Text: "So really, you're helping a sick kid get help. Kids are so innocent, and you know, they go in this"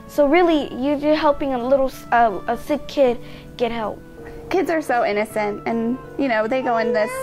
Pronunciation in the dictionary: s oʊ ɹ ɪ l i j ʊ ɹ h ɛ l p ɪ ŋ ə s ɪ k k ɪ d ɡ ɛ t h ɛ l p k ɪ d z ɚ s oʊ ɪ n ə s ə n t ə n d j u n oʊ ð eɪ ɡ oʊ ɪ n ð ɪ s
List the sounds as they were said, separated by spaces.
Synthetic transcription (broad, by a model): s oʊ ɹ ɪ l i j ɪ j h ɛ l p ɪ ŋ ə s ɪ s k ɪ d ɡ ɛ t h ɛ l p k ɪ d z ɚ s oʊ ɪ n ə s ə n t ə n j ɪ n oʊ ð eɪ ɡ oʊ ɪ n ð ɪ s